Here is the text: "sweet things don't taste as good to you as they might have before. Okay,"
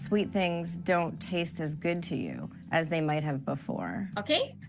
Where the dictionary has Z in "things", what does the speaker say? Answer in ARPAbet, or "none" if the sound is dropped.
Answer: Z